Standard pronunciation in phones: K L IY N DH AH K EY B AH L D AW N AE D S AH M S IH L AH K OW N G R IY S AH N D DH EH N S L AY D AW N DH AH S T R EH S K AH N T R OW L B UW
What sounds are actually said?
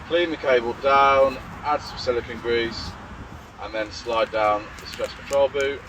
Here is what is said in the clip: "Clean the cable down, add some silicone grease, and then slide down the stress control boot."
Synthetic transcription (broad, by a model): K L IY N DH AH K EY B AH L D AW N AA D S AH S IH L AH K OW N G R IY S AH N DH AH N S L AY D AW N DH AH S T R EH S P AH T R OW L B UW